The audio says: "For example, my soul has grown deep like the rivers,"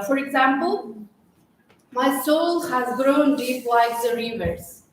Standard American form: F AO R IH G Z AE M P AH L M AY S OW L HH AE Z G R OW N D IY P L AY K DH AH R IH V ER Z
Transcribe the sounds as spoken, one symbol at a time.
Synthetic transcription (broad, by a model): F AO R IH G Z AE M P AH L M AY S OW L HH AE Z G R OW N D IY P W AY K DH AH R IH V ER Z